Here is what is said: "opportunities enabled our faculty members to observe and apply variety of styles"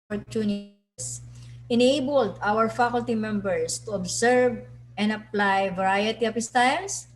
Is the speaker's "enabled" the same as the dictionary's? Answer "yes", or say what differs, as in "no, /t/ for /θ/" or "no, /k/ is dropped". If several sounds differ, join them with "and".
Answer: yes